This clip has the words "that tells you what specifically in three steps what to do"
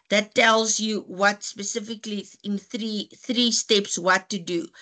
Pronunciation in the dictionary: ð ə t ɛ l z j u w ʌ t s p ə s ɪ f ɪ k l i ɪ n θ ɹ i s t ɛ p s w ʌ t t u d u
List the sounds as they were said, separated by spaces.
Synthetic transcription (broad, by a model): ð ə t ɛ l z j u w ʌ t s p ə s ɪ f ɪ k l i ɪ n θ ɹ i s t ɛ p s w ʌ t t u d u